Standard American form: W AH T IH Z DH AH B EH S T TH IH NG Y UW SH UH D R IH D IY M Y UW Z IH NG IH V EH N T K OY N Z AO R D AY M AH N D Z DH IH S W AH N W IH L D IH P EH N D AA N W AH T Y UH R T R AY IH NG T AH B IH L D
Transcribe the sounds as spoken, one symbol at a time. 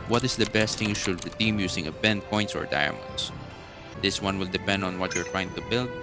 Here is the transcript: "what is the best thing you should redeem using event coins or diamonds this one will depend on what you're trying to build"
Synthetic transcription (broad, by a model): W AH T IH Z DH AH B EH S T TH IH NG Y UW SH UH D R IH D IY M Y UW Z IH NG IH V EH N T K OY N S AO R D AY M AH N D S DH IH S W AH N W IH L D IH P EH N D AA N W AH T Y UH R T R AY IH NG T AH B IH L D